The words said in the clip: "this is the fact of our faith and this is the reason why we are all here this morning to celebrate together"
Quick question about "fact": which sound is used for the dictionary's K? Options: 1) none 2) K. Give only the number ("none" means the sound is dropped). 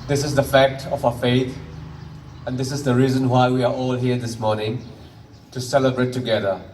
2